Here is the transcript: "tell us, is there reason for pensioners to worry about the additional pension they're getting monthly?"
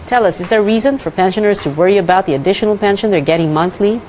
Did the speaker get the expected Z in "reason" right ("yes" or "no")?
yes